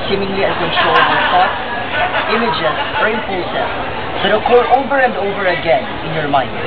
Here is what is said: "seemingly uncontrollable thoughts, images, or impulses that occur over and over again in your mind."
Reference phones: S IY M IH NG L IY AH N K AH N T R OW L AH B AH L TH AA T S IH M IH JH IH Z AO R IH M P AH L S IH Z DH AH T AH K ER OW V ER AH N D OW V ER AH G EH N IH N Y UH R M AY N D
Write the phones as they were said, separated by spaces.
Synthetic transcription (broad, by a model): S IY M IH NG L IY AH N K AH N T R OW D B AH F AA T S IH M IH JH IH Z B R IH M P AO S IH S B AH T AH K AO OW V ER AH N D OW V ER AH G EH N IH N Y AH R M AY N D